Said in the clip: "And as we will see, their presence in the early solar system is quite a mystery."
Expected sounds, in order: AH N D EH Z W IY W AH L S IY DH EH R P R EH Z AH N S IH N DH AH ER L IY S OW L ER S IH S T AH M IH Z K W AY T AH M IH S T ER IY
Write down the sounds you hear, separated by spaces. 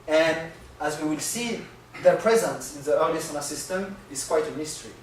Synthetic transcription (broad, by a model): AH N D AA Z W IY W AH L S IY DH EH R P R EH Z AH N S IH N DH AH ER L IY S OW N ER S IH S T AH M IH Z K W AY T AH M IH S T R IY